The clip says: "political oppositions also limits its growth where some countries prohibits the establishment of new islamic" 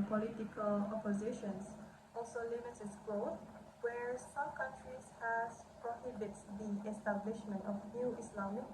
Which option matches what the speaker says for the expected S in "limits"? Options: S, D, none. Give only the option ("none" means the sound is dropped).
none